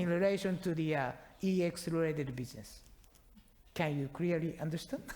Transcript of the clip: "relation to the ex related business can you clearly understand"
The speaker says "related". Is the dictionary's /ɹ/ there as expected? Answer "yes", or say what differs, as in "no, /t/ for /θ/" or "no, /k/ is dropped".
no, /l/ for /ɹ/